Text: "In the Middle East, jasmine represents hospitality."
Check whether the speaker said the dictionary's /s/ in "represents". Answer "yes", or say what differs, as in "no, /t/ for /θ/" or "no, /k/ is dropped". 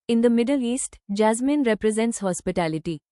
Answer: yes